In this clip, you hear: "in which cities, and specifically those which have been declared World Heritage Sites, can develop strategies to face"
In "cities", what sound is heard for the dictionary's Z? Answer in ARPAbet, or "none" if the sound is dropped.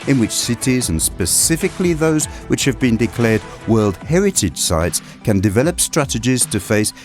Z